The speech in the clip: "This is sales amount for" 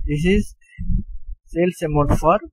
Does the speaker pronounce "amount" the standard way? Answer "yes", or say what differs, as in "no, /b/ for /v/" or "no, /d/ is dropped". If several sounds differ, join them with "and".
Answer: no, /n/ is dropped